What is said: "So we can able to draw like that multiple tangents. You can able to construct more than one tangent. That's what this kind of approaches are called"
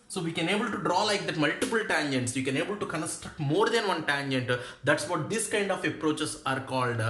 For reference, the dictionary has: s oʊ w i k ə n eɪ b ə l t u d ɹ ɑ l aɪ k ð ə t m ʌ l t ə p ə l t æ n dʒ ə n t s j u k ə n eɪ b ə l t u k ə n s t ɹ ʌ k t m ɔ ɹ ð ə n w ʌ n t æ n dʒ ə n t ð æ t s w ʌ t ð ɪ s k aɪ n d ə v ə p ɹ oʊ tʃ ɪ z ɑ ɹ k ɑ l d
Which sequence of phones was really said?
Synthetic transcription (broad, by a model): s oʊ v i k ə n eɪ b ə l t u d ɹ ɑ l aɪ k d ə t m ʌ l t ə p ə l t æ n dʒ ə n t s j u k ə n eɪ b ə l t u k ə n s t ɹ ʌ k t m ɔ ɹ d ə n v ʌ n t æ n dʒ ə n t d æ t s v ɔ t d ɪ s k aɪ n d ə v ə p ɹ oʊ tʃ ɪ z ɑ ɹ k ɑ l d